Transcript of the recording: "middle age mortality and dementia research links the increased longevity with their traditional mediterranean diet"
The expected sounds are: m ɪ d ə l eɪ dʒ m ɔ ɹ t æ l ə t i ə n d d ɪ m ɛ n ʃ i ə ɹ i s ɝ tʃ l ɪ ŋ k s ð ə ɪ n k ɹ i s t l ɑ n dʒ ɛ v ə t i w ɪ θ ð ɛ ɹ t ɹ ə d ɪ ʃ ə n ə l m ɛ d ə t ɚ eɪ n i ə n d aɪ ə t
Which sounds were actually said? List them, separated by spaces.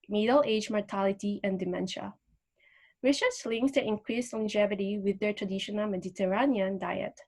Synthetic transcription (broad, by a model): m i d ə l eɪ dʒ m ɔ ɹ t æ l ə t i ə n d d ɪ m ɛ n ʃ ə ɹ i ʃ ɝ s l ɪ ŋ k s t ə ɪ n k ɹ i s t l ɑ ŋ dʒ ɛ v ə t i w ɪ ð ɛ ɹ t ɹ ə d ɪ ʃ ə n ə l m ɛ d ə t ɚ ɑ n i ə n d aɪ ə t